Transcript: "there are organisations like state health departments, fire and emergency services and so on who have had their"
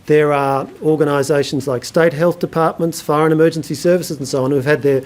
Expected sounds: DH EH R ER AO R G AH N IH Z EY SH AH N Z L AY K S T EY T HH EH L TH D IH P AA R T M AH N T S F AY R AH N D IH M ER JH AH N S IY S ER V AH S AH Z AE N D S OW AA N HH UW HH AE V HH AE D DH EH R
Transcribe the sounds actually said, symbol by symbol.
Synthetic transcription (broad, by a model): DH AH R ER AO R G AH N IH Z EY SH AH N Z L AY K S T EY T HH EH L TH D IH P AA R T M AH N T S F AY R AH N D IH M ER JH AH N S IY S ER V AH S AH Z N S OW AA N HH UW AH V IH D DH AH R